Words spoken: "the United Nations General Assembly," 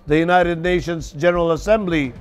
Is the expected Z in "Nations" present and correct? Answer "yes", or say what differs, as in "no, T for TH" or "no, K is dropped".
yes